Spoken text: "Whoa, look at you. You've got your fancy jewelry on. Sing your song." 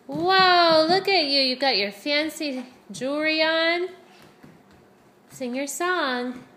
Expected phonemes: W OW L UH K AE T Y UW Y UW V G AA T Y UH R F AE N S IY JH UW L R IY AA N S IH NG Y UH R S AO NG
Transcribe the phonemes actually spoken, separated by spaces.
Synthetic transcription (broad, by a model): W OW L UH K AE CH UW Y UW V G AA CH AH R F AE N S IY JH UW R IY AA N S IH NG Y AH R S AO NG